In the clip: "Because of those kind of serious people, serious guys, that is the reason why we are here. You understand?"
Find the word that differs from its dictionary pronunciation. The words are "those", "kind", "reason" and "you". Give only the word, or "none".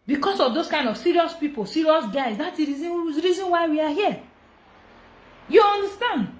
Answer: those